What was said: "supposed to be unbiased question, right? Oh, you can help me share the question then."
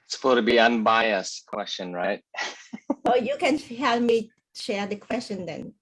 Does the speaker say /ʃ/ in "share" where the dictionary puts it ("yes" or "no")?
yes